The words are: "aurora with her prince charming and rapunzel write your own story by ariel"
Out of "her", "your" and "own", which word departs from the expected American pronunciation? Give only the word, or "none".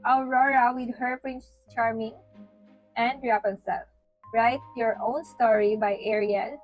none